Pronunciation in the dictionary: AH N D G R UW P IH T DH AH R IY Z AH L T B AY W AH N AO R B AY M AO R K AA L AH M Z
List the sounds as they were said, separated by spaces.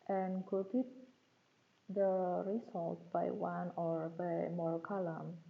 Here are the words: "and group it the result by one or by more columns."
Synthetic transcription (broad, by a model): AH N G UW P IH T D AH R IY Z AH L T B AY W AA N AO R B AY M AO R K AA L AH M